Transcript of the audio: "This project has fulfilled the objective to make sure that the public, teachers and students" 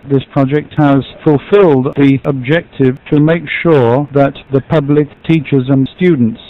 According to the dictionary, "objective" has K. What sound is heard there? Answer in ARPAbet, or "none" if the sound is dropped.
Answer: K